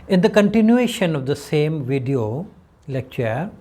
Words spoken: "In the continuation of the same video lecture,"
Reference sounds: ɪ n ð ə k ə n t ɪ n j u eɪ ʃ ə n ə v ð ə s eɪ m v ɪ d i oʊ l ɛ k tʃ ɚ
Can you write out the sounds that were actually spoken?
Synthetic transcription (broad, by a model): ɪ n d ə k ə n t ɪ n j u eɪ ʃ ə n ə v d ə s eɪ m v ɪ d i oʊ l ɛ k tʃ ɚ